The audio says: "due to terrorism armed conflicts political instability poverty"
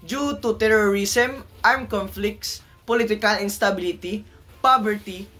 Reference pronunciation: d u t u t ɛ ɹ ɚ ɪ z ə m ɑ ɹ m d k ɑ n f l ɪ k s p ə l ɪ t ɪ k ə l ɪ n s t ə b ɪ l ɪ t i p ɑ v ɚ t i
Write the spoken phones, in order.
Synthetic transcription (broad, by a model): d u t u t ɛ ɹ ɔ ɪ s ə m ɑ ɹ m k ɑ n f l ɪ k s p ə l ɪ t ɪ k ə l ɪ n s t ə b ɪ l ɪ t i p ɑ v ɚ t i